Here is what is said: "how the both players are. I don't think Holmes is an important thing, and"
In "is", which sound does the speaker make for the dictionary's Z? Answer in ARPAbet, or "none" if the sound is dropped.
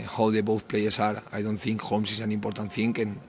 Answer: S